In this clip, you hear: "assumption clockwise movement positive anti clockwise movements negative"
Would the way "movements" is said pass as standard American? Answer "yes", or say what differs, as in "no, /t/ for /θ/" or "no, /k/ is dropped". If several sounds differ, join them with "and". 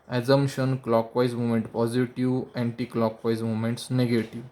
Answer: no, /v/ is dropped